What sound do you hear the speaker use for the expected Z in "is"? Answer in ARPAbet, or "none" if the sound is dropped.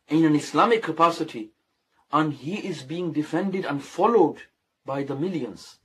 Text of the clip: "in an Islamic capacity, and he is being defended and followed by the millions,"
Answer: Z